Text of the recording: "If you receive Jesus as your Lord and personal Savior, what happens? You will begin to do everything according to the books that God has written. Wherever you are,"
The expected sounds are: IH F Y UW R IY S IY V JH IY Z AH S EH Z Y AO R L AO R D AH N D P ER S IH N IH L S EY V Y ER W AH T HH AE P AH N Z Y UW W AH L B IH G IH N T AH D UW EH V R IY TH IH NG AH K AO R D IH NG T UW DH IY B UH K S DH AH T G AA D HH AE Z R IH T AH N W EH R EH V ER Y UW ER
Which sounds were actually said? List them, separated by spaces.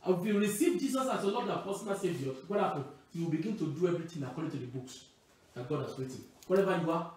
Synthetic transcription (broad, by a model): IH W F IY R IY S IY V JH IY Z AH S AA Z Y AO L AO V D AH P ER S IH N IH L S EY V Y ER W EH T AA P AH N Y UW W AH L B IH G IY N T AH D UW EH V R IY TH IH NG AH K AO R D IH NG T UW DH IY B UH K S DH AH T G AA D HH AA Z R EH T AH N W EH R EH V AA Y UW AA